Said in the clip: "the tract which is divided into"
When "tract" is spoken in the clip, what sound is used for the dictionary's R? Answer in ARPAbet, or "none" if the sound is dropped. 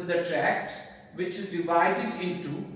R